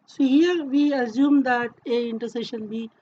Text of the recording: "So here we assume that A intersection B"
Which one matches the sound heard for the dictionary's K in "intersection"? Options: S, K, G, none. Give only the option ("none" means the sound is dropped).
none